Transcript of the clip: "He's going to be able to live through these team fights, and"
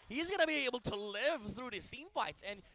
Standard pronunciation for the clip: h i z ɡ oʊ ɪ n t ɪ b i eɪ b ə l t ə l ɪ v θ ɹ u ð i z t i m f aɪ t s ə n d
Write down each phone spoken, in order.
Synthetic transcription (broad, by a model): h i z ɡ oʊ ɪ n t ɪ b i eɪ b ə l t ə l ɪ v θ ɹ u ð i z s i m f aɪ t s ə n